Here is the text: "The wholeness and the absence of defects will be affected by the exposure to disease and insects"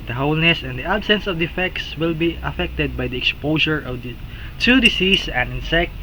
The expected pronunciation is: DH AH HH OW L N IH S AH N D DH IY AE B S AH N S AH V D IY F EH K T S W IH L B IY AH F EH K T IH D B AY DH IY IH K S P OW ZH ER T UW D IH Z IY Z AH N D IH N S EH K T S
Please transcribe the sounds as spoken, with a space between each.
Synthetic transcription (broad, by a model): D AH HH OW L N IH S AH N D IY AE B S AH N S AH V D IY F EH K T S W IH L B IY AH F EH K T IH D B AY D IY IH K S P OW SH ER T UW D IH S IY S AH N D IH N S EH K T